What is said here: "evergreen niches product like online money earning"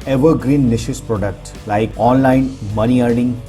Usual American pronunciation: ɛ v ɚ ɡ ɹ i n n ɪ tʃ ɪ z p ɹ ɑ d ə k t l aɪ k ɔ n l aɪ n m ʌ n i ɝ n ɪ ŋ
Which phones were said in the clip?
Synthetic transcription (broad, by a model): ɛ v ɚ ɡ ɹ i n n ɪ ʃ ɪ s p ɹ ɑ d ə k t l aɪ k ɔ n l aɪ n m ʌ n i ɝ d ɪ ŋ